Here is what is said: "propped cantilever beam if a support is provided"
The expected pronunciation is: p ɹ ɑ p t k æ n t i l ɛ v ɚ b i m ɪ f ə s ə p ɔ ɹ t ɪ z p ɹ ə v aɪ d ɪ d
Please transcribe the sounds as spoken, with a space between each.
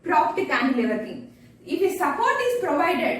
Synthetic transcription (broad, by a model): p ɹ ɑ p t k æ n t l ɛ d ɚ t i ɪ f ə s ə p ɔ ɹ t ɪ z p ɹ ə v aɪ d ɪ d